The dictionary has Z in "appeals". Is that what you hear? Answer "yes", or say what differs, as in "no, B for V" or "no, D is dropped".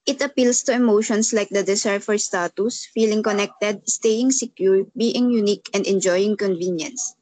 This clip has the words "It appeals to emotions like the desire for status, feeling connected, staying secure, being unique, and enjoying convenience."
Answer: no, S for Z